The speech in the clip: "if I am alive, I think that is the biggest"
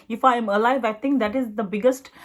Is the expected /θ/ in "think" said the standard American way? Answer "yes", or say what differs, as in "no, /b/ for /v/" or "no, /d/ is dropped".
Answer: no, /t/ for /θ/